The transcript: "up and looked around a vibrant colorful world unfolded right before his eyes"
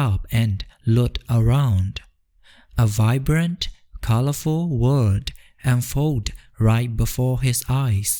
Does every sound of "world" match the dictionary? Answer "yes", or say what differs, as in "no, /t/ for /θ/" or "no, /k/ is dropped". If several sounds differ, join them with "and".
no, /l/ is dropped